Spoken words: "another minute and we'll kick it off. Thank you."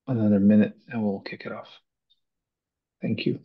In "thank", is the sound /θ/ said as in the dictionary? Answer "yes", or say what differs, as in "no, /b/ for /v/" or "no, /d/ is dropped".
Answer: yes